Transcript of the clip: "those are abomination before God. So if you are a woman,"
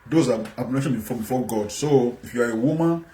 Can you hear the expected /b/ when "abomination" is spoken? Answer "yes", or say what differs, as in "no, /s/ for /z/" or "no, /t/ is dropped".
no, /b/ is dropped